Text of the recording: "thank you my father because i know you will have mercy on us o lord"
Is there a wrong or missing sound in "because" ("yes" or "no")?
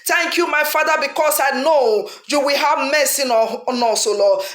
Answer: yes